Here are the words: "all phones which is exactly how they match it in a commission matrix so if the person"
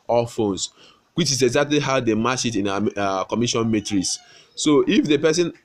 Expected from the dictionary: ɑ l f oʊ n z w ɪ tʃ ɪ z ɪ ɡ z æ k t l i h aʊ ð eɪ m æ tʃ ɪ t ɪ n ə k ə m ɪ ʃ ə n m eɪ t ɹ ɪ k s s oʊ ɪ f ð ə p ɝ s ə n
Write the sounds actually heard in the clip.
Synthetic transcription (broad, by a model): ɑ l f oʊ n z w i tʃ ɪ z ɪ ɡ z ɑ k t l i h aʊ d eɪ m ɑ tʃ ɪ t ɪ n ə k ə m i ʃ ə n m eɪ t ɹ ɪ s s oʊ ɪ f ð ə p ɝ s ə n